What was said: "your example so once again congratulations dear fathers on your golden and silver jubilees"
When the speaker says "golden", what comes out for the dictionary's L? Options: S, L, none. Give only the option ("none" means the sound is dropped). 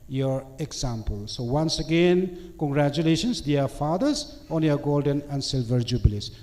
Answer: L